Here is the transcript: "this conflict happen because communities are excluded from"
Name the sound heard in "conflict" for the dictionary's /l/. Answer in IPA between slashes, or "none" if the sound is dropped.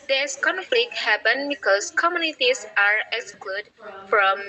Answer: /l/